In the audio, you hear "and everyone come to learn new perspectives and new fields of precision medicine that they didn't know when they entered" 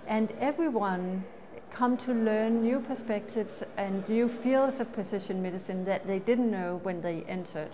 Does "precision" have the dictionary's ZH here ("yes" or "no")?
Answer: no